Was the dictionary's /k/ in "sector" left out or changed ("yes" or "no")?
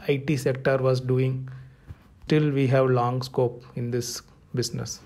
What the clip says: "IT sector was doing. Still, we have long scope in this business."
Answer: no